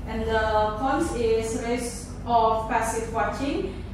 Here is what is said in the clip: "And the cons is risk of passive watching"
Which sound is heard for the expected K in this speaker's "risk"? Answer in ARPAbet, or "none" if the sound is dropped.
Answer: none